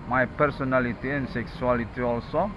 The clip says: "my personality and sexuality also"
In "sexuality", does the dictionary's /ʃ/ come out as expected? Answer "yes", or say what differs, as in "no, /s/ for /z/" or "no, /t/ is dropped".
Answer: no, /s/ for /ʃ/